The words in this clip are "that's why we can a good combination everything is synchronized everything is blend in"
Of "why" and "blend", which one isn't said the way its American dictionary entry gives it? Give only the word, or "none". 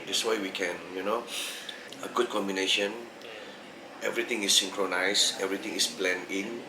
blend